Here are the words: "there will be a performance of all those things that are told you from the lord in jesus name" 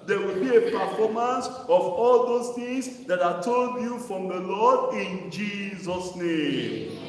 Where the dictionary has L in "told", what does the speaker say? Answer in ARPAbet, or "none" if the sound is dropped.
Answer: L